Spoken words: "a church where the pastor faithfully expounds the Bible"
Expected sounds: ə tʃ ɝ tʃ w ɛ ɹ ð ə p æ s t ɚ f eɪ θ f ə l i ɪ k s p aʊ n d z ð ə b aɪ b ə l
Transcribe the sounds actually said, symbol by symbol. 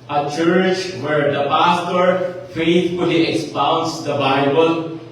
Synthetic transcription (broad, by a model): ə tʃ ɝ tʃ w ɛ ɹ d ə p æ s t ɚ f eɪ t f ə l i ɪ k s p aʊ n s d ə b aɪ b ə l